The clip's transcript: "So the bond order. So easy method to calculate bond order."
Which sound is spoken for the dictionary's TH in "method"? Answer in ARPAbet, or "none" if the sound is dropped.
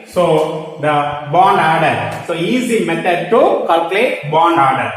T